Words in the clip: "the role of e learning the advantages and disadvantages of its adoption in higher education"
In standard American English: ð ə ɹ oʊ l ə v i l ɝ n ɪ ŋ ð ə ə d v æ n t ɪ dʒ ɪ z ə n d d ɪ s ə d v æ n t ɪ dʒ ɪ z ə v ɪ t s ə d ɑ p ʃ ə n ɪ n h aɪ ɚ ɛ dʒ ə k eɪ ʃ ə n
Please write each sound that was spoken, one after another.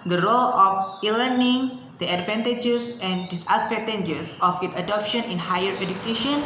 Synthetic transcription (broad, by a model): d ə ɹ oʊ l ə f i l ɝ n ɪ ŋ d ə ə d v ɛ n t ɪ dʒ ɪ s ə n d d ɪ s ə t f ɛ t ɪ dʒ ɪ s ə f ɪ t ə d ɑ p ʃ ə n ɪ n h aɪ ɚ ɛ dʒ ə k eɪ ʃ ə n